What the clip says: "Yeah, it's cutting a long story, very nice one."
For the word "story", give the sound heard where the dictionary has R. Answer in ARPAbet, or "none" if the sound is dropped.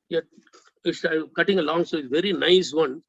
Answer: none